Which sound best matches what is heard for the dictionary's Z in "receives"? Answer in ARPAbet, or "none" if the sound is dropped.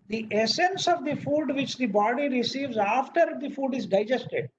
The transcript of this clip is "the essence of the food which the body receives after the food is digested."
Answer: Z